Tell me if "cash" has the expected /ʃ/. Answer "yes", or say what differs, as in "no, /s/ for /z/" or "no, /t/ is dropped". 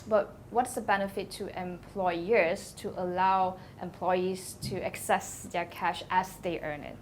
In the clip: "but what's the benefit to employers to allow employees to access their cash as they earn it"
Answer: yes